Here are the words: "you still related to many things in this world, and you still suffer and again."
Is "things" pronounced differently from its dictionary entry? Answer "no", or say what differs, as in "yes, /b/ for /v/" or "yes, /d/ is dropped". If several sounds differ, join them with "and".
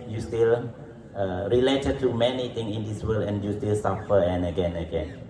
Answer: yes, /t/ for /θ/ and /z/ is dropped